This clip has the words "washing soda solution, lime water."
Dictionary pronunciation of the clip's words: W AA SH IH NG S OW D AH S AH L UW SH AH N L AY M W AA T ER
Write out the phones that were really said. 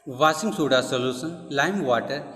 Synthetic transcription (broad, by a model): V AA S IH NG S OW D AH S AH L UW S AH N L AY M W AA T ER